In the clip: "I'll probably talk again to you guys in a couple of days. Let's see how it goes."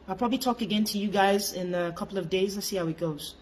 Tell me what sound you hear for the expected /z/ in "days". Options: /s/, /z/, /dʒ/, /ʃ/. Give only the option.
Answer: /z/